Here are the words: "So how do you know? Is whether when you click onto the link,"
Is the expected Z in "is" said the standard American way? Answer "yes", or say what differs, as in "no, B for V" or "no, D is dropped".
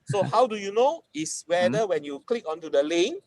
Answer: no, S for Z